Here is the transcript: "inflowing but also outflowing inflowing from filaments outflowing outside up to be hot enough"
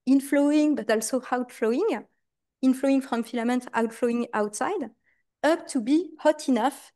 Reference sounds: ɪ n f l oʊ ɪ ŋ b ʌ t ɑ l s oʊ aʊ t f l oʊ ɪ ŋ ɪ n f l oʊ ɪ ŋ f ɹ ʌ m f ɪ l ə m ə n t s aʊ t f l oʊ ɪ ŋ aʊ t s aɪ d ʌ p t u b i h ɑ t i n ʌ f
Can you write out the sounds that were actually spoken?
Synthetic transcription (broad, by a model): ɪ n f l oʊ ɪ ŋ b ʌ t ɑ l s oʊ aʊ t f l oʊ ɪ ŋ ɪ n f l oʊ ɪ ŋ f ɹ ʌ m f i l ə m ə n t aʊ t f l oʊ ɪ ŋ aʊ t s aɪ d ʌ p t u b i h ɑ t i n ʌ f